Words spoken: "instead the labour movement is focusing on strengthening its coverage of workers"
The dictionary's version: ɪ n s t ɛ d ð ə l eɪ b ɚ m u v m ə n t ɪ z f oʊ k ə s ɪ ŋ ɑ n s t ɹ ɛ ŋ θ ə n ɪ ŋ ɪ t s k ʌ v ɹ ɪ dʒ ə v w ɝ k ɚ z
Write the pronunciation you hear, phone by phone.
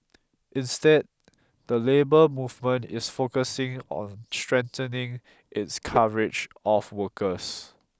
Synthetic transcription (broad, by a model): ɪ n s t ɛ d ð ə l eɪ b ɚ m u v m ə n t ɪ s f oʊ k ə s ɪ ŋ ɑ n s t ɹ ɛ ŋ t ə n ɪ ŋ ɪ t s k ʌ ɹ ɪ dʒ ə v w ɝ k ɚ s